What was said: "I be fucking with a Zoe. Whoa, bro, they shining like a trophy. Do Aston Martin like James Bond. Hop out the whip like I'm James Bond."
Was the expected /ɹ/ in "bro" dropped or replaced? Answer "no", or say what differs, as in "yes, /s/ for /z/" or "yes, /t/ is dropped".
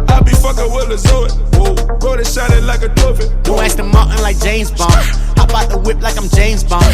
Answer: yes, /ɹ/ is dropped